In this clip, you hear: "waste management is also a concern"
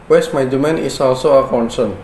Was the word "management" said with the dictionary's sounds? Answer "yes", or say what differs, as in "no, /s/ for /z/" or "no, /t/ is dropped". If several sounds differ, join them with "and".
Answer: no, /dʒ/ is dropped